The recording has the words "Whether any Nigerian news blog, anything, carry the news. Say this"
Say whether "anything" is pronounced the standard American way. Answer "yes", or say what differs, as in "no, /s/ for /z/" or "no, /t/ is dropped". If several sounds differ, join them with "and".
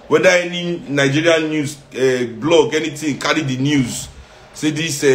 no, /t/ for /θ/